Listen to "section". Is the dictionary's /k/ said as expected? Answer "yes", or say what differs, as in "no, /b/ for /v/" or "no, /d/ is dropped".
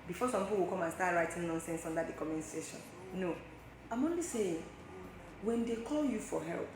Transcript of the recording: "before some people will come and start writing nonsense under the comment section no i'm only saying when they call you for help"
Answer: no, /k/ is dropped